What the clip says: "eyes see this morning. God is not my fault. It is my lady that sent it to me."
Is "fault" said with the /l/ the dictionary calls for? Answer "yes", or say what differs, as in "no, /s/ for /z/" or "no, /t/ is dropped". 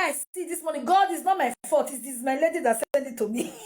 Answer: no, /l/ is dropped